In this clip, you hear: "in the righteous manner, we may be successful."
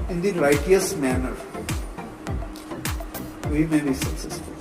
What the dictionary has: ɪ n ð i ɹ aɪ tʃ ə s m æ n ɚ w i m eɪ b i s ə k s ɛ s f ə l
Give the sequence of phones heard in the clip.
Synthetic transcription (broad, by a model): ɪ n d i l aɪ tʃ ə s m æ n ɚ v i m eɪ b i s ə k s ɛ s f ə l